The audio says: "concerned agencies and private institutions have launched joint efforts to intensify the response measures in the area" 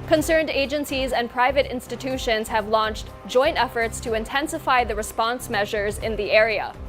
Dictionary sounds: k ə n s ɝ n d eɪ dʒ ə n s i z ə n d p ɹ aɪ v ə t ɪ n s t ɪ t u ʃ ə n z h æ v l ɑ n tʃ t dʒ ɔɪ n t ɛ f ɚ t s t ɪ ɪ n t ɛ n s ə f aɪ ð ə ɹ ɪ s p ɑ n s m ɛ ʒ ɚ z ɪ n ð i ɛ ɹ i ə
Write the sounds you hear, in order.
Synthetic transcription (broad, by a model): k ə n s ɝ n d eɪ dʒ ə n s i z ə n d p ɹ aɪ v ə t ɪ n s t ɪ t u ʃ ə n z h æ v l ɑ n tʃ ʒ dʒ ɔɪ n t ɛ f ɚ t s t ɪ ɪ n t ɛ n s ə f aɪ ð ə ɹ ɪ s p ɑ n s m ɛ ʒ ɚ z ɪ n ð i ɛ ɹ i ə